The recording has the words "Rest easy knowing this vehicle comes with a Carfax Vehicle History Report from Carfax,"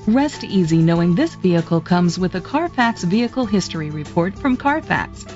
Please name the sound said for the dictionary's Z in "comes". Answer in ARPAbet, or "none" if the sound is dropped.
Z